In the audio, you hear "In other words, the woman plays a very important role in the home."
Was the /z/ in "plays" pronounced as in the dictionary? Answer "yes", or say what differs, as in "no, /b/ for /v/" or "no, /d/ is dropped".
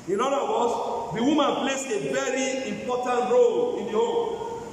no, /s/ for /z/